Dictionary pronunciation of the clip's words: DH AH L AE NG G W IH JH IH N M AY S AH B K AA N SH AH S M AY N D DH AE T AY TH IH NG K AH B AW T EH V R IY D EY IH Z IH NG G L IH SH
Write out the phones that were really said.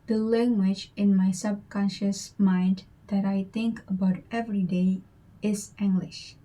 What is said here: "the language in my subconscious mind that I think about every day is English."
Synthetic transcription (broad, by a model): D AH L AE NG G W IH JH IH N M AY S AH B K AA N SH AH S M AY N D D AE T AY T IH NG K AH B AW T EH V R IY D EY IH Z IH NG G L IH SH